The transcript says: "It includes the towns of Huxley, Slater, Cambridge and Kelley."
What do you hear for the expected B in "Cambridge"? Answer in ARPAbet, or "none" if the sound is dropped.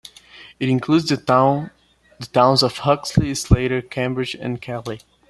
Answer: B